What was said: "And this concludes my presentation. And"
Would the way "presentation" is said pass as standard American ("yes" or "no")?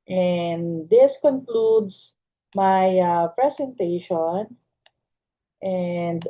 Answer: no